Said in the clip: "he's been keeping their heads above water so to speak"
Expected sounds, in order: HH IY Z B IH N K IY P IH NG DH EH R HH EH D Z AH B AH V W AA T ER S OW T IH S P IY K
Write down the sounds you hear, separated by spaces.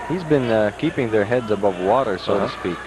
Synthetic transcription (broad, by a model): HH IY Z B IH N K IY P IH NG DH EH R HH EH D Z AH B AH V W AA T ER S OW T IH S P IY K